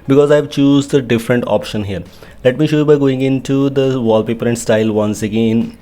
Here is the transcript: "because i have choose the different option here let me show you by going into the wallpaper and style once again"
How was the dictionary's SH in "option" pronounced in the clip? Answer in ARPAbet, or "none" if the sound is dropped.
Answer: SH